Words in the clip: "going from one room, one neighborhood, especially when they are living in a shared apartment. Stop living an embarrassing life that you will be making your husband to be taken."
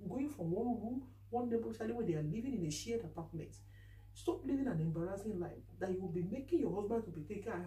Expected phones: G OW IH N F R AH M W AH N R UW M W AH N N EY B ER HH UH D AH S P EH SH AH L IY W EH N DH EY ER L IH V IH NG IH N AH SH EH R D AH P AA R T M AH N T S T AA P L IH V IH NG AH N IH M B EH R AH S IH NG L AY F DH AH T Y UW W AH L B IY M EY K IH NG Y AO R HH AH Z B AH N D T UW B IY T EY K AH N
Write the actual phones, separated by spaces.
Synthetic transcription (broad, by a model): G OW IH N F R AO M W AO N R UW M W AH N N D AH P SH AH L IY W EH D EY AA L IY V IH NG IH N AH SH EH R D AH P AA T M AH N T S T AA P L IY V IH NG AH N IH M B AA R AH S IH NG L AY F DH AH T Y UW W AH L B IY M EY K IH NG Y AO HH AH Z B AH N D T UW B IY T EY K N